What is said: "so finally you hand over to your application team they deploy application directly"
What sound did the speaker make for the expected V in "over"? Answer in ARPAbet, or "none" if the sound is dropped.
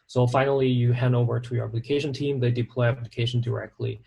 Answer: V